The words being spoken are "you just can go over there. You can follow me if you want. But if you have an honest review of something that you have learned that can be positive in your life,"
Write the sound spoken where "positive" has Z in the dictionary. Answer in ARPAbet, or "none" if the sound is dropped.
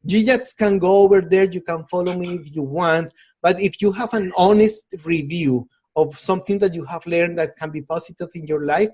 S